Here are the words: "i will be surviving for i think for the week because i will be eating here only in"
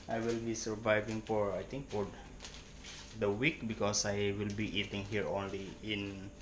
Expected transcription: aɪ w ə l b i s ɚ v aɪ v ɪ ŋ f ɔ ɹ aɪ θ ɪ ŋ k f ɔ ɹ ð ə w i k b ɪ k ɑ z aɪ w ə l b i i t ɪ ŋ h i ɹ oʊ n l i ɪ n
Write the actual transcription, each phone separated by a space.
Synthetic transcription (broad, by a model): aɪ w ə l b i s ɚ v aɪ v ɪ ŋ f ɔ ɹ aɪ t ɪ ŋ k f ɔ ɹ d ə w i k b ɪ k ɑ s aɪ w ə l b i i t ɪ ŋ h i ɹ oʊ n l i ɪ n